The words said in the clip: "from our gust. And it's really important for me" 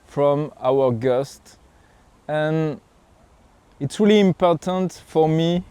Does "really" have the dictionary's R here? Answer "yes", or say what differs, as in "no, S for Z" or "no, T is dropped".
yes